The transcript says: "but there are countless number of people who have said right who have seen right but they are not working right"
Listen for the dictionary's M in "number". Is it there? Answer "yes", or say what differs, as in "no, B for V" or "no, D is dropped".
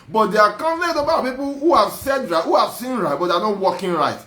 no, M is dropped